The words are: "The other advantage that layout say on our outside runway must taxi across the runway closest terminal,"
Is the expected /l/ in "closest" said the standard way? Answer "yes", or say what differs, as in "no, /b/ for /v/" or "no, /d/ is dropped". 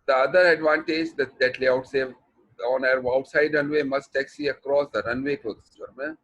no, /l/ is dropped